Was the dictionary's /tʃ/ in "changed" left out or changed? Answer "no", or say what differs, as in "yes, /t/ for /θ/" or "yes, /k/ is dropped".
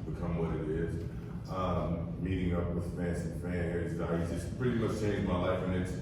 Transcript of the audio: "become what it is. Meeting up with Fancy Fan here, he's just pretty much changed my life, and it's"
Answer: yes, /s/ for /tʃ/